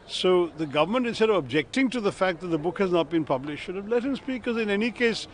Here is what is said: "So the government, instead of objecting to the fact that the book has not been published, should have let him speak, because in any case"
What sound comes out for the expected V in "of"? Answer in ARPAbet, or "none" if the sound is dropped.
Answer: V